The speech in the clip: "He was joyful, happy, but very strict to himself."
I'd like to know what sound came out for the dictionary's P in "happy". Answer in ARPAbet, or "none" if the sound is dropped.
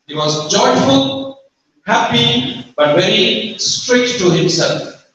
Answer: P